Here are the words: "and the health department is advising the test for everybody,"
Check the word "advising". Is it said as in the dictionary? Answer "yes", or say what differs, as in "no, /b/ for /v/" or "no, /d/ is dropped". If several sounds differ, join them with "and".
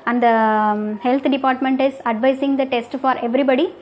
no, /s/ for /z/